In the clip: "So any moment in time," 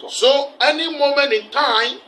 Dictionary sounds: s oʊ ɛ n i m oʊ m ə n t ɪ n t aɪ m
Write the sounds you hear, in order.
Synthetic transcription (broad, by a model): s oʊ ɛ n i m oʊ m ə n ɪ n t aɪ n